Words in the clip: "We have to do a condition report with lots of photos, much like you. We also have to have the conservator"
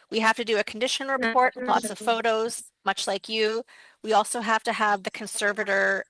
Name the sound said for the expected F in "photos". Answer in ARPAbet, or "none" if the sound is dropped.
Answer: F